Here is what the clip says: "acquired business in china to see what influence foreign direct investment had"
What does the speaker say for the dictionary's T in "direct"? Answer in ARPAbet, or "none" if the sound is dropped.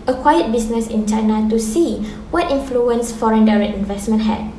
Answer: none